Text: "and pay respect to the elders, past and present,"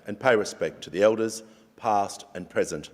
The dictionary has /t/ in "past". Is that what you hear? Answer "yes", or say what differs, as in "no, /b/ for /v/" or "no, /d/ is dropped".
yes